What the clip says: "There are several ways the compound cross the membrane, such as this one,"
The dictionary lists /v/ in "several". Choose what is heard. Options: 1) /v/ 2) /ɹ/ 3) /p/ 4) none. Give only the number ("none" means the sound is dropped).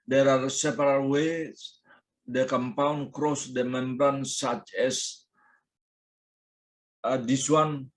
3